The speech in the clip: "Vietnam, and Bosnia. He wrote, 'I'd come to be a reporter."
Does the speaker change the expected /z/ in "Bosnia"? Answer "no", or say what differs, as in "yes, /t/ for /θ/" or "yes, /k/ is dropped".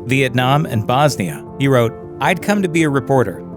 no